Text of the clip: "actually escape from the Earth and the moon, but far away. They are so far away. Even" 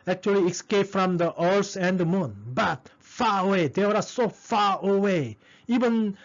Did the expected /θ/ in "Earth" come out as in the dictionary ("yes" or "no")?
no